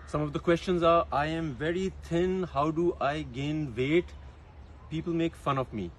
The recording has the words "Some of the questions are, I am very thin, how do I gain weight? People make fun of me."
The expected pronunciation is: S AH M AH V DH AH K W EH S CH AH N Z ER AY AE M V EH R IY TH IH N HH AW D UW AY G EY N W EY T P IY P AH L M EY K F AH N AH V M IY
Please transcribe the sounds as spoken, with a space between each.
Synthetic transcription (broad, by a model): S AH M AH V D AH K W EH S CH AH N Z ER AY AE M V EH R IY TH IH N HH AW D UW AY G EY N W EY T P IY P AH L M EY K F AH N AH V M IY